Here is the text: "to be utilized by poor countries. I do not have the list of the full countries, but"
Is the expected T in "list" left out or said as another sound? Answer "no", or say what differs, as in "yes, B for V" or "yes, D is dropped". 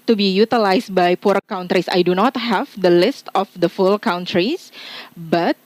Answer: no